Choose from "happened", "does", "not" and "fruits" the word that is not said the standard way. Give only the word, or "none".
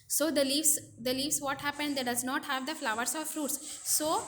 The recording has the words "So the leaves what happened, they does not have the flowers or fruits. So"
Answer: none